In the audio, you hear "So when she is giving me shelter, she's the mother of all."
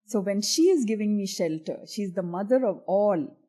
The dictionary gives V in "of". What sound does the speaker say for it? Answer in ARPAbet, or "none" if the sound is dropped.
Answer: V